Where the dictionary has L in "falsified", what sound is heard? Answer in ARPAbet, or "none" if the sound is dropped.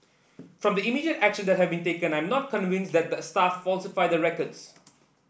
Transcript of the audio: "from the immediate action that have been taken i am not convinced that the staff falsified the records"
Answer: L